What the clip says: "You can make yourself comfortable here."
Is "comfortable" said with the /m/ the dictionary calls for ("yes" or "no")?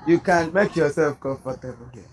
no